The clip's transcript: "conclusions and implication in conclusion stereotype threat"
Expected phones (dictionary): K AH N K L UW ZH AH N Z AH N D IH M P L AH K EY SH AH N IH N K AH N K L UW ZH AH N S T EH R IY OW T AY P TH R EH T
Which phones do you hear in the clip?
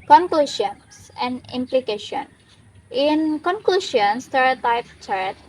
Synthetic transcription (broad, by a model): K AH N K L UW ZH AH N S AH N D IH M P L AH K EY SH AH N IH N K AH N K L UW SH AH N S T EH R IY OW T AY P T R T